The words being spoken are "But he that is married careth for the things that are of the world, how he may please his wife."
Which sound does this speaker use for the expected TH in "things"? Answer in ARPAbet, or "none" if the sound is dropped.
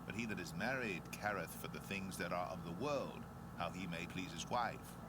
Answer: TH